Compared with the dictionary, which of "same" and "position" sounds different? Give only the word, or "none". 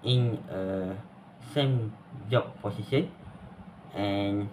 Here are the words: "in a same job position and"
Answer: position